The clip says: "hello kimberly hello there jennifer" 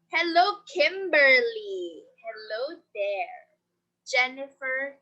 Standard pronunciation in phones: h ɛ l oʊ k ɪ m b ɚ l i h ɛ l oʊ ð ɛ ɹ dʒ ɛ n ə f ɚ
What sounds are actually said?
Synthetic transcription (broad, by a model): h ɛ l oʊ k ɪ m b ɚ l i h ɛ l oʊ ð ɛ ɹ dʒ ɛ n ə f ɚ